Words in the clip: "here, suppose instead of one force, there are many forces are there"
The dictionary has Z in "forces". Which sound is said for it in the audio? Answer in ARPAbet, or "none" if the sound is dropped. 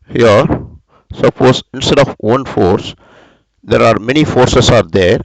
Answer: S